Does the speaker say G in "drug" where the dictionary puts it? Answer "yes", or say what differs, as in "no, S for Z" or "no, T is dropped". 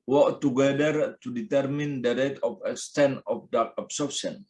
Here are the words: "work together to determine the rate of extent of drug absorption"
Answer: no, G is dropped